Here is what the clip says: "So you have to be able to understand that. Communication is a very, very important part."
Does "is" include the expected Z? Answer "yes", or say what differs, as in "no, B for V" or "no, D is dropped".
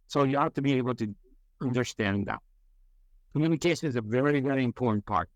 yes